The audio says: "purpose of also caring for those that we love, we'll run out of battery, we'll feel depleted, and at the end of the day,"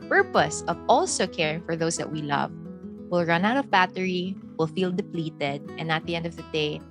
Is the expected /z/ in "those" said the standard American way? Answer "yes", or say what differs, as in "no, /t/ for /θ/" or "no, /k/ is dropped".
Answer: no, /s/ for /z/